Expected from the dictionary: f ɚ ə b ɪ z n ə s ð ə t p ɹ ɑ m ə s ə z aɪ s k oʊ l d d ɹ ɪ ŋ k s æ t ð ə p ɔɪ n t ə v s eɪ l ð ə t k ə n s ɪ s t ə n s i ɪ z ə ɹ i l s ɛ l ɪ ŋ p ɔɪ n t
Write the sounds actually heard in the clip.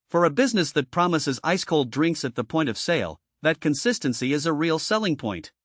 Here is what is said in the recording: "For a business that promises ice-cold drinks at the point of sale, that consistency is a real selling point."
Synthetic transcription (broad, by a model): f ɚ ə b ɪ z n ə s ð ə t p ɹ ɑ m ə s ə z aɪ s k oʊ l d d ɹ ɪ ŋ k s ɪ t ð ə p ɔɪ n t ə v s eɪ l ð ə t k ə n s ɪ s t ə n s i ɪ z ə ɹ i l s ɛ l ɪ ŋ p ɔɪ n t